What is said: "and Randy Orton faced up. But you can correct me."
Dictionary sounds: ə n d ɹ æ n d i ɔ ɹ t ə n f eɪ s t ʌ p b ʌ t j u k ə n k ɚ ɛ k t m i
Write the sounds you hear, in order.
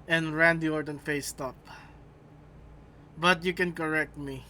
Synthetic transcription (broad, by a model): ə n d ɹ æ n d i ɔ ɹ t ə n f eɪ s t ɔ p b ʌ t j u k ə n k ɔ ɛ k t m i